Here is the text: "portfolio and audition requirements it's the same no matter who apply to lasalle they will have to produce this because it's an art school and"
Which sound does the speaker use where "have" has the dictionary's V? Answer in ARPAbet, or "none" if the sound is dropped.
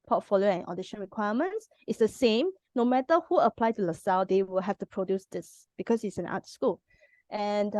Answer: F